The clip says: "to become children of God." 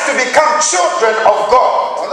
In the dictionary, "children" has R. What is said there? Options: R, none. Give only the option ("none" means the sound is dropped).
R